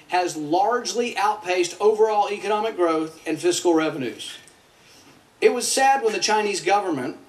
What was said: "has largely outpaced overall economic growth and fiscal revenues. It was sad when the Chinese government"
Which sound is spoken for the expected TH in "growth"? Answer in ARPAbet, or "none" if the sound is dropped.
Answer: TH